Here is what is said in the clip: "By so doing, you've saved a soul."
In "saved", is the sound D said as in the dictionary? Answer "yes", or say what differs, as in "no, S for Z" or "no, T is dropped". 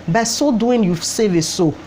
no, D is dropped